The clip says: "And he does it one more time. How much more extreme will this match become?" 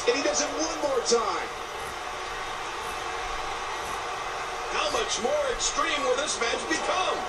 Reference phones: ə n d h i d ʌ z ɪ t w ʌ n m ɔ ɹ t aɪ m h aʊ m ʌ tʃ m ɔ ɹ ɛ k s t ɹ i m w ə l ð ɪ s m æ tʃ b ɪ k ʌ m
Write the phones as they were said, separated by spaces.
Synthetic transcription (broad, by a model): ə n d h i d ʌ z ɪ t w ʌ n m ɔ ɹ t aɪ m h aʊ m ʌ tʃ m ɔ ɹ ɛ k s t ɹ i m w ə l ð ɪ s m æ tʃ b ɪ k ʌ m